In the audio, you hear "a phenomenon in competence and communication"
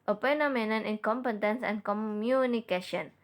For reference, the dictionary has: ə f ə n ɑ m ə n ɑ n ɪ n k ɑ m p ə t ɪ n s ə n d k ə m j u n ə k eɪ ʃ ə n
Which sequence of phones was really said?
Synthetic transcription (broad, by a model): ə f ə n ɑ m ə n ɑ n ɪ n k ɑ m p ə t ɪ n s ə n k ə m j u n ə k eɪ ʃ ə n